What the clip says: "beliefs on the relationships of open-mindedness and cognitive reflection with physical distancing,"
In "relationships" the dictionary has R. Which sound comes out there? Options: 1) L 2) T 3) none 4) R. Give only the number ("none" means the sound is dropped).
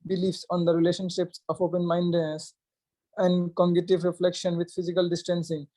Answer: 4